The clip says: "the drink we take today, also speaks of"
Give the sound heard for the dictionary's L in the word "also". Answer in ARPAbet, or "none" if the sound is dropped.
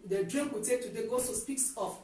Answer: none